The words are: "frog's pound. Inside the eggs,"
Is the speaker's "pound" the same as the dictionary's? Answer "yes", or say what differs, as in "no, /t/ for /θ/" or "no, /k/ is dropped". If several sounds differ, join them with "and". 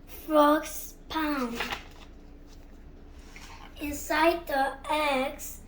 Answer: no, /d/ is dropped